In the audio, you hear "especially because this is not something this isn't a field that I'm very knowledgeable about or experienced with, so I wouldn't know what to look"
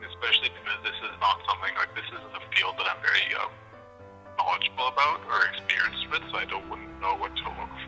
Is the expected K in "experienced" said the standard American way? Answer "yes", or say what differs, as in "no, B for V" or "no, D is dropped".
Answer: yes